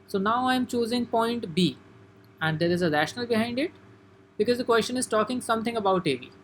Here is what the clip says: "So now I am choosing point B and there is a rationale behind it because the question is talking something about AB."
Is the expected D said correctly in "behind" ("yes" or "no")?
yes